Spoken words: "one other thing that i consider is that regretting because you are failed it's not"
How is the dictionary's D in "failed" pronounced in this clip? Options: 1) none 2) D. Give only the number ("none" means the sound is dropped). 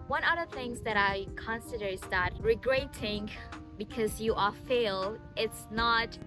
1